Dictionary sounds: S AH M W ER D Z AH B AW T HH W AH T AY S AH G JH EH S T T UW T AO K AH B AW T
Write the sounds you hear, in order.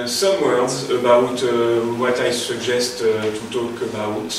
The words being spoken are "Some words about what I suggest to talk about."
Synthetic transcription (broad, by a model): S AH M W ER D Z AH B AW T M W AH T AY S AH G ZH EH S T T UW T AO K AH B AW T